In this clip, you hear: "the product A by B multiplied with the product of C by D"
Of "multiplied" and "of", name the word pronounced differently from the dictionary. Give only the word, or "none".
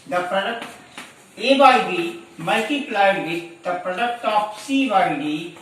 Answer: of